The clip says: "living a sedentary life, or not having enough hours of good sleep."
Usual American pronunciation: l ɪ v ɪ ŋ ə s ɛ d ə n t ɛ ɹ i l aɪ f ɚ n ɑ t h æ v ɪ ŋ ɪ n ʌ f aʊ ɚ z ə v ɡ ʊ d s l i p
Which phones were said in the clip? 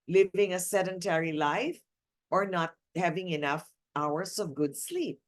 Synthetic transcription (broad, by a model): l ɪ v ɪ ŋ ə s ɛ d ə n t ɛ ɹ i l aɪ f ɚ n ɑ t h æ v ɪ ŋ ɪ n ʌ f aʊ ɚ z ə v ɡ ʊ d s l i p